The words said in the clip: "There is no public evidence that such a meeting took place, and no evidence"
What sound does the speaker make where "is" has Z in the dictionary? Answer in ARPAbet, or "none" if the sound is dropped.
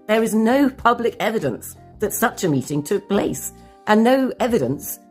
Z